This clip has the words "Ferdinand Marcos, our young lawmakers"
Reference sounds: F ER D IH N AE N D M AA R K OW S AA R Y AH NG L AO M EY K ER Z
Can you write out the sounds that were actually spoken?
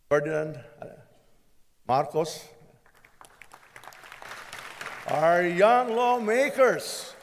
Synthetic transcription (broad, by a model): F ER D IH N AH N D M AA R K OW S AA R Y AH NG L AO M EY K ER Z